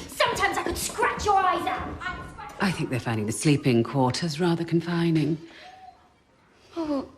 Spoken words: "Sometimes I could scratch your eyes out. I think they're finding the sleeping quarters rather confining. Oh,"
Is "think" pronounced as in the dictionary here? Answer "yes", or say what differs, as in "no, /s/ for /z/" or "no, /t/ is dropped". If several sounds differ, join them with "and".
yes